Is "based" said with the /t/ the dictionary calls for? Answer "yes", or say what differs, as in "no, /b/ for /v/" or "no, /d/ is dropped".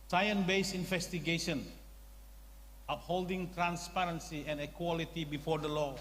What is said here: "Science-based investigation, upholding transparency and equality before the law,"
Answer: no, /t/ is dropped